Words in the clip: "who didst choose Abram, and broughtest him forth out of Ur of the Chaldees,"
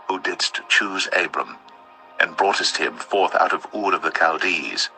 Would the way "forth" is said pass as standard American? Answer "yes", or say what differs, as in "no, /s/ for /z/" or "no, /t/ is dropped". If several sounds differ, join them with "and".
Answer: yes